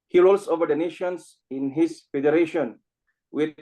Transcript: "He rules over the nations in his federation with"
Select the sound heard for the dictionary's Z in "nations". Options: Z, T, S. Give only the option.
S